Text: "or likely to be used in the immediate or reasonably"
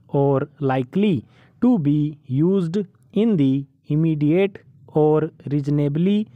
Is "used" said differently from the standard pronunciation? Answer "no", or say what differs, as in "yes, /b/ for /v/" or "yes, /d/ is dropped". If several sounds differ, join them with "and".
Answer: no